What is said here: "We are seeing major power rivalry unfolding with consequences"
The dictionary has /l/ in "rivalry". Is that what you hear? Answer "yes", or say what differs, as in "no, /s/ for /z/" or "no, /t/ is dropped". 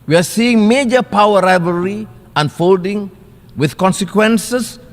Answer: no, /l/ is dropped